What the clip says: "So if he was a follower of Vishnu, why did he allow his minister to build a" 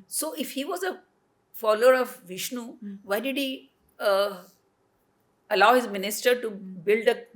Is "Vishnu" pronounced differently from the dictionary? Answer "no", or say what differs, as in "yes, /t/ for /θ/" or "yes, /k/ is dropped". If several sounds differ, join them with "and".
no